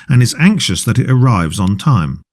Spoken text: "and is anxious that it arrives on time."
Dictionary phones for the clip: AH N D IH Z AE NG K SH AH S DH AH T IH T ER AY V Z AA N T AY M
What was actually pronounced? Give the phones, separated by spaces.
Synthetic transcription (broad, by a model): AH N IH Z AE NG K SH AH S DH AH T IH T ER AY V Z N T AY M